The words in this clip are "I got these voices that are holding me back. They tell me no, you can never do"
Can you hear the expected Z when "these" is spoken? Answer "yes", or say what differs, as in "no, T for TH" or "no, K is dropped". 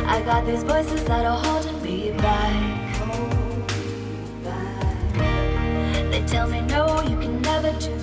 yes